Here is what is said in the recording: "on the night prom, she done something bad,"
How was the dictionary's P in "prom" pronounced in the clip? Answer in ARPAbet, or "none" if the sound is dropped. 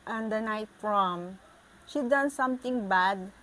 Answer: F